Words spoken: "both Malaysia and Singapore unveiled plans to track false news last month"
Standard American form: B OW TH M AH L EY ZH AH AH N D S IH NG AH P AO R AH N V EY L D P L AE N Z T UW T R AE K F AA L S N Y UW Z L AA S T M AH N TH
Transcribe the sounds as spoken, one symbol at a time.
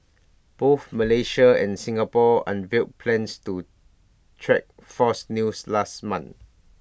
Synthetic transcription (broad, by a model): B OW TH M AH L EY SH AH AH N S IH NG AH P AO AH N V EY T P L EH N S T UW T R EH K F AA S N Y UW S L AA S T M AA N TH